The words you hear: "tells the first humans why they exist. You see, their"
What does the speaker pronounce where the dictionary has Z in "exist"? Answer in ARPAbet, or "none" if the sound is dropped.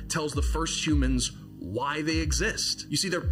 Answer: Z